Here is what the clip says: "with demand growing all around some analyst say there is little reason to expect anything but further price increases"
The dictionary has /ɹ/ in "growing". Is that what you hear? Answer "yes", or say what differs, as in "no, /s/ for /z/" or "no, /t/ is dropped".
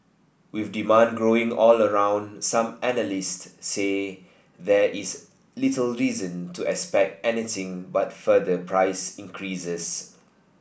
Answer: yes